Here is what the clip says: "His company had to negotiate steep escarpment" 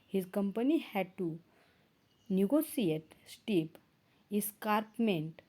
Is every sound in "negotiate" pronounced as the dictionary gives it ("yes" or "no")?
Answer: no